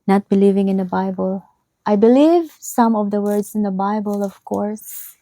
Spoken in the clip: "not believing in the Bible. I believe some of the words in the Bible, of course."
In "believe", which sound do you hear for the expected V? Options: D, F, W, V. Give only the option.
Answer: V